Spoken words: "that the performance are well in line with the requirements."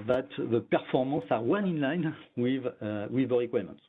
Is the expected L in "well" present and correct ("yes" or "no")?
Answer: no